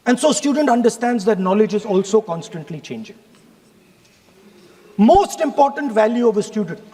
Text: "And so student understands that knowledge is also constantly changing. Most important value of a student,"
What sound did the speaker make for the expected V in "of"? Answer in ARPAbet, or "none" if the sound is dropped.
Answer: V